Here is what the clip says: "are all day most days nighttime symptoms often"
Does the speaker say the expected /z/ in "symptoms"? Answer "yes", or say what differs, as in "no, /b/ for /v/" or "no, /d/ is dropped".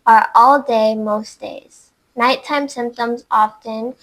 yes